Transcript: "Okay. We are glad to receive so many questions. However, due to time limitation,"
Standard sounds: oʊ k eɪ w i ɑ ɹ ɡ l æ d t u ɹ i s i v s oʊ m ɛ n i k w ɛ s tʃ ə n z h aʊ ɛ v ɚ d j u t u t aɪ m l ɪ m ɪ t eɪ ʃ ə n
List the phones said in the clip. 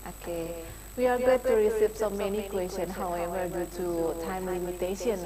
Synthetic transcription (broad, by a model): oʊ k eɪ w i ɑ ɹ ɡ ɔ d t u ɹ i s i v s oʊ m ɛ n i k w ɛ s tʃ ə n h aʊ ɛ v ɚ d j u t u t aɪ m l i m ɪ t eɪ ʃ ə n